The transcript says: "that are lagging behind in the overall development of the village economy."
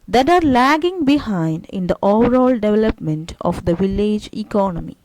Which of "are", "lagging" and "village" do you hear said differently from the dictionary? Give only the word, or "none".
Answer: none